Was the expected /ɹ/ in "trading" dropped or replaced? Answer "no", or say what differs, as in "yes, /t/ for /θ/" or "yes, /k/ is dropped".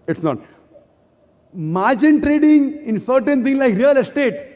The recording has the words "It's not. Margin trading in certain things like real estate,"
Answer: no